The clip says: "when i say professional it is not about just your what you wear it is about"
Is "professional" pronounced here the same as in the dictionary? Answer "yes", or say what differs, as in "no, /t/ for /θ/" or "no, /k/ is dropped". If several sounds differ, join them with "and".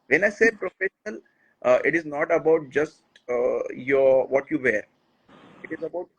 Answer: yes